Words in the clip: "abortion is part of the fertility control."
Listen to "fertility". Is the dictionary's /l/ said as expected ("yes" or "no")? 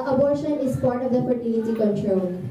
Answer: no